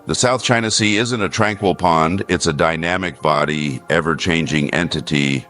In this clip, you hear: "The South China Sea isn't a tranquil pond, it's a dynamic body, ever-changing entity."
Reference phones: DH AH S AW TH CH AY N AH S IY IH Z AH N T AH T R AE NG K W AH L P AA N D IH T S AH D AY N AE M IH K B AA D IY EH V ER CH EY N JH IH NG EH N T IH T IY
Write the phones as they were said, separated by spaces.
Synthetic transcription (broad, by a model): DH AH S AW TH CH AY N AH S IY IH Z AH N T AH T R AE NG K W AH L P AA N D IH T S AH D AY N AE M IH K B AA D IY EH V ER CH EY N JH IH NG EH N T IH T IY